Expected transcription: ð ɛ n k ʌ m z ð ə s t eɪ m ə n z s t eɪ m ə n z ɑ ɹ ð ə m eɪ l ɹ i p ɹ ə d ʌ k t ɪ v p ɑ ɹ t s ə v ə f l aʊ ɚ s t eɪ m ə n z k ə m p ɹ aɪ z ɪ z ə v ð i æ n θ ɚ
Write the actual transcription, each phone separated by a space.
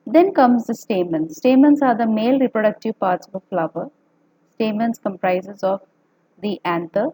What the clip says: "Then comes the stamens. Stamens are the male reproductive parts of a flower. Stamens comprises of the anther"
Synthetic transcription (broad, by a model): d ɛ n k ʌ m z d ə s t eɪ m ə n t s t eɪ m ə n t ɑ ɹ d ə m eɪ l ɹ i p ɹ ə d ʌ k t ɪ v p ɑ ɹ t s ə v ə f l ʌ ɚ s t eɪ m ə n s k ə m p ɹ aɪ z ɪ z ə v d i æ n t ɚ